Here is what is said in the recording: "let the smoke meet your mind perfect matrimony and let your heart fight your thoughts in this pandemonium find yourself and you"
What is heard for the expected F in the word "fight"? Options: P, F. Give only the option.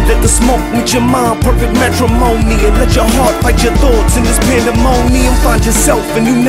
P